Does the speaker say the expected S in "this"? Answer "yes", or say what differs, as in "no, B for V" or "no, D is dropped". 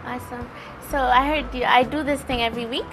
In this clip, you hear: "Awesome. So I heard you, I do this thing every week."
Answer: yes